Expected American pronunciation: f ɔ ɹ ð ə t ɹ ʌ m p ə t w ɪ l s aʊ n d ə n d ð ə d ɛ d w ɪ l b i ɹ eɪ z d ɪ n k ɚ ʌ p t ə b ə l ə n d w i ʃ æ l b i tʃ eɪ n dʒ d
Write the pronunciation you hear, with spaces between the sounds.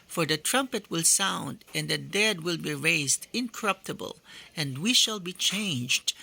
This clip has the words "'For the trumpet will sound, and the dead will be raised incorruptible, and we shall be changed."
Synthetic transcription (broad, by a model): f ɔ ɹ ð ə t ɹ ʌ m p ə t w ɪ l s aʊ n d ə n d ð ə d ɛ d w ɪ l b i ɹ eɪ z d ɪ n k ɚ ʌ p t ə b ə l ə n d w i ʃ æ l b i tʃ eɪ n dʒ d